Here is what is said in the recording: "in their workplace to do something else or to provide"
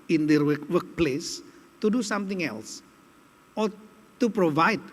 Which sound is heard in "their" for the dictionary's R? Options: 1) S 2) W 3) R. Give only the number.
2